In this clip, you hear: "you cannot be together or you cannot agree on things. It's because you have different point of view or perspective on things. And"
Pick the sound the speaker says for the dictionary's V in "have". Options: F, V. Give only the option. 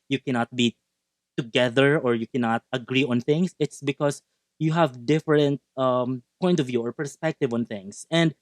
V